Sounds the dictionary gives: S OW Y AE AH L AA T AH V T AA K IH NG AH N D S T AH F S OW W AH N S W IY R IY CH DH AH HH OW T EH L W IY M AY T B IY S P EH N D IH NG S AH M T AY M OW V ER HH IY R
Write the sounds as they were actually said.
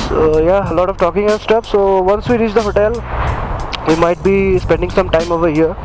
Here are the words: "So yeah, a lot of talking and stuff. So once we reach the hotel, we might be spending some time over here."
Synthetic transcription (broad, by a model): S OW Y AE AH L AA T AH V T AA K IH NG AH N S T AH P S OW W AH N S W IY R IY CH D AH HH OW T EH L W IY M AY T B IY S P EH N D IH NG S AH M T AY M OW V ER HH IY R